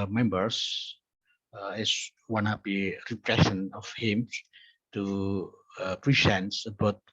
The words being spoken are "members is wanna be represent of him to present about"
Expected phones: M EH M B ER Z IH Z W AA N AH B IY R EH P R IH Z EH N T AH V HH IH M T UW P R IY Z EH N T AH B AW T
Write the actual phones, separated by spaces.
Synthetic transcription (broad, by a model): M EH M B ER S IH S W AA N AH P IY R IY P R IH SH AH N AH F HH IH M T UW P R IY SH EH N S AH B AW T